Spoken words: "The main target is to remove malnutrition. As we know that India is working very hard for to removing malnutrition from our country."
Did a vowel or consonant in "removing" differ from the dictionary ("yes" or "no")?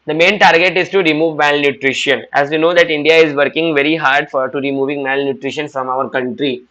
no